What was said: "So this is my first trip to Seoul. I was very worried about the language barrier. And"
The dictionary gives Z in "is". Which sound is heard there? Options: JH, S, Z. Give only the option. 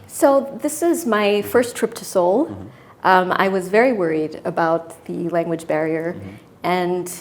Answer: Z